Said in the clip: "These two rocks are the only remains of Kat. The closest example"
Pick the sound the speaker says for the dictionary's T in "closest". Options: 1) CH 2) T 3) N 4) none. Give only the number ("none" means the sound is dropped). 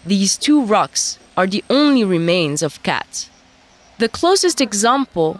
2